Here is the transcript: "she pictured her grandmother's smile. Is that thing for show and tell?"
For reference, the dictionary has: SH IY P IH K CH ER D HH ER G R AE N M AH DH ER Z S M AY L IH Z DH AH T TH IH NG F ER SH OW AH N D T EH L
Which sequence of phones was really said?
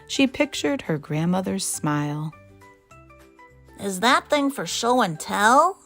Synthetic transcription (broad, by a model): SH IY P IH K CH ER D HH ER G R AE N M AH DH ER Z S M AY L IH Z DH AH T TH IH NG F ER SH OW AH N T EH L